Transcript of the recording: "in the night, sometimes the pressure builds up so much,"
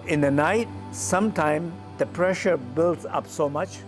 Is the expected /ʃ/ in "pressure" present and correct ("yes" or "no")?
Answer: yes